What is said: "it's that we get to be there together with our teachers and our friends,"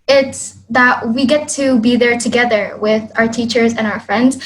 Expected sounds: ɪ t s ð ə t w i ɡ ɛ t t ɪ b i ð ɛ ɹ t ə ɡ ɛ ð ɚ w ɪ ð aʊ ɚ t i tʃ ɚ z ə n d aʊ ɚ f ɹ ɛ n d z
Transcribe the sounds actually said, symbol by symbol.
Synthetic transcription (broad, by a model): ɪ t s ð ə t w i ɡ ɛ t t ɪ b i ð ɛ ɹ t ə ɡ ɛ ð ɚ w ɪ ð aʊ ɚ t i tʃ ɚ z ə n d aʊ ɚ f ɹ ɛ n d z